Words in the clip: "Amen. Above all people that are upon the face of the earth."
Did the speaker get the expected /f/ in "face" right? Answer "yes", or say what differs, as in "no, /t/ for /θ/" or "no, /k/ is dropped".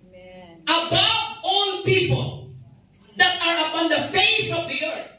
yes